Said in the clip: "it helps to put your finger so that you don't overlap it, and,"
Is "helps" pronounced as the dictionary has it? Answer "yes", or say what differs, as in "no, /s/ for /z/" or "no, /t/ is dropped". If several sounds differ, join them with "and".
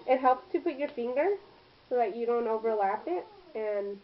yes